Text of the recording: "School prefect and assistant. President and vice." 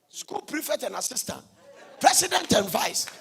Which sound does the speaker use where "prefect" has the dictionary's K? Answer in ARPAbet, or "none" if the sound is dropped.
none